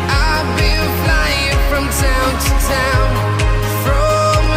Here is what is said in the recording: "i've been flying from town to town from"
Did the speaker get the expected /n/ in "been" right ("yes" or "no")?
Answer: no